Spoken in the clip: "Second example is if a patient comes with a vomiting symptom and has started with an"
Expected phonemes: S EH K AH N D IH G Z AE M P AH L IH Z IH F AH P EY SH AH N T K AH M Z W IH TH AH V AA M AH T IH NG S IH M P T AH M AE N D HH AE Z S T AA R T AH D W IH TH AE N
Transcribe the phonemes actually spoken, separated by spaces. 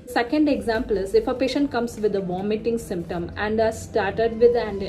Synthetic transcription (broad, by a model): S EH K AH N D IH G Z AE M P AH L IH Z IH F AH P EY SH AH N T K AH M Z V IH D AH V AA M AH T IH NG S IH M P T AH M AE N D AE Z S T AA R T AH D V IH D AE N